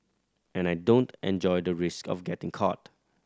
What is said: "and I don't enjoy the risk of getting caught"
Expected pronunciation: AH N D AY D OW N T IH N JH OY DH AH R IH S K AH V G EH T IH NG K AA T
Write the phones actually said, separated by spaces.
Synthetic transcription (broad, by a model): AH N AY D OW N T IH N JH OY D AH R IH S K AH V G EH T IH NG K AA T